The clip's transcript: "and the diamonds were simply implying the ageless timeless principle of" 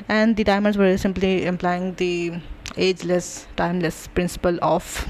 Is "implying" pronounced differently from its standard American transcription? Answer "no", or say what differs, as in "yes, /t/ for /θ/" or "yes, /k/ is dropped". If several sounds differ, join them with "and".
no